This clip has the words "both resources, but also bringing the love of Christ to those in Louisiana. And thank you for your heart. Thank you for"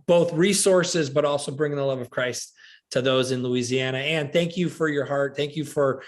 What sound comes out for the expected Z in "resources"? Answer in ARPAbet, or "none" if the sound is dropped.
Z